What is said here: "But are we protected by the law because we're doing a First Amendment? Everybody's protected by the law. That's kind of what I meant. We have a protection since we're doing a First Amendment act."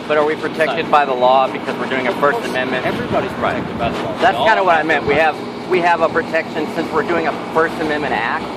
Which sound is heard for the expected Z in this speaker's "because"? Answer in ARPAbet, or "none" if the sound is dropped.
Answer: Z